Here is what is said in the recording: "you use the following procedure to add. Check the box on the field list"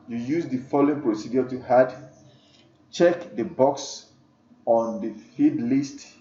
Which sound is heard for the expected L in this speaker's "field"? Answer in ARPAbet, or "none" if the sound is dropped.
none